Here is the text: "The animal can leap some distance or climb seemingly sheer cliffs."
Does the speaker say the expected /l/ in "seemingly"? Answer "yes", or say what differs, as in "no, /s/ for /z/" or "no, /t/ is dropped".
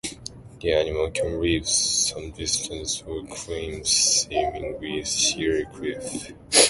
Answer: no, /w/ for /l/